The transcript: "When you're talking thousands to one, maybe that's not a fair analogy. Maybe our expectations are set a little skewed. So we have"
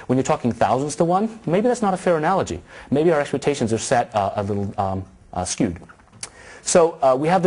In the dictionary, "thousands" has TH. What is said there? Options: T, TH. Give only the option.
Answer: TH